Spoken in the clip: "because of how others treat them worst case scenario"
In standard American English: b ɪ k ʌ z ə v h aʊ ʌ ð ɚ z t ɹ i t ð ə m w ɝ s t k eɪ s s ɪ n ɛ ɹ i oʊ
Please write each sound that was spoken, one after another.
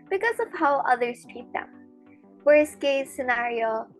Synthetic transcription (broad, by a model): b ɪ k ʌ z ə v h aʊ ʌ ð ɚ z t i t ð ə m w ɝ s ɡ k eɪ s s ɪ n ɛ ɹ i oʊ